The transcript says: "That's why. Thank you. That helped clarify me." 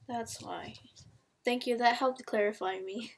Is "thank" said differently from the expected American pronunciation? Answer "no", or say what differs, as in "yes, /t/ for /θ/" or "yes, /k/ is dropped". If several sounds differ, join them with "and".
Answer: no